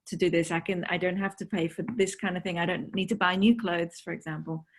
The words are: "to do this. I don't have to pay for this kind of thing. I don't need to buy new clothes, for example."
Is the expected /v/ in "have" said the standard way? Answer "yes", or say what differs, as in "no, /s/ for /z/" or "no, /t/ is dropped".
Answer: no, /f/ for /v/